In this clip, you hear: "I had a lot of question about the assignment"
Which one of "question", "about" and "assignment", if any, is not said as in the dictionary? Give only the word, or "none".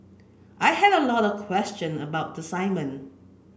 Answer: assignment